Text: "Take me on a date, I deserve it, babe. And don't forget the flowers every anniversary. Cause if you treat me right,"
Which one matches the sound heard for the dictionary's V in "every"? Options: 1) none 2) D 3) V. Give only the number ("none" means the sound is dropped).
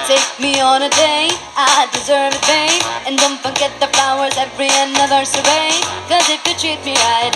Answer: 3